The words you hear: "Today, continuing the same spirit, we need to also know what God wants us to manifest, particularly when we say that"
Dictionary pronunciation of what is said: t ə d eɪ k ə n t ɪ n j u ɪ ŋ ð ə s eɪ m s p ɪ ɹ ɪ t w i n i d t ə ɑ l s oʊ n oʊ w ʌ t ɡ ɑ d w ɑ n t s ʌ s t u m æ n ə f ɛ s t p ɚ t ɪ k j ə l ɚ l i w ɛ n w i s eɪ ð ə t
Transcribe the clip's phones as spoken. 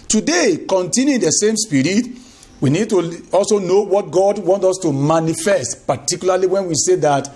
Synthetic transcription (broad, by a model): t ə d eɪ k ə n t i n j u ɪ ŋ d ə s eɪ m s p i ɹ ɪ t w i n i d t ə ɑ l s oʊ n oʊ w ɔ t ɡ ɑ d w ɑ n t ɔ s t u m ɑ n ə f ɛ s t p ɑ t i k j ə l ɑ l i w ɛ n w i s eɪ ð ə t